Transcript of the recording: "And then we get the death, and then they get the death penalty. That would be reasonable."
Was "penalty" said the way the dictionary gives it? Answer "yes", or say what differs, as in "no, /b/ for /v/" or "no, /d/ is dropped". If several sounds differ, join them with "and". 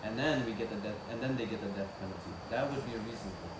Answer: no, /l/ is dropped